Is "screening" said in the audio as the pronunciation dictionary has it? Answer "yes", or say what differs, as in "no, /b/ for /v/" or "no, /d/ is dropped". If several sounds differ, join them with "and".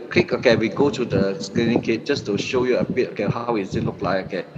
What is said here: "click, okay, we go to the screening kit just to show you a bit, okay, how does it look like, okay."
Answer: no, /l/ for /ɹ/